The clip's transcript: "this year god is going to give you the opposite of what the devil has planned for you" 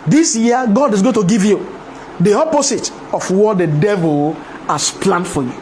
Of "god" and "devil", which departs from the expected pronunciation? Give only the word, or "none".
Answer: none